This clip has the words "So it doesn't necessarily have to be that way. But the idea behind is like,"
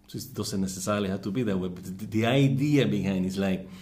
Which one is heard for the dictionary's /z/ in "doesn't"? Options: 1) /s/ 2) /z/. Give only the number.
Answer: 1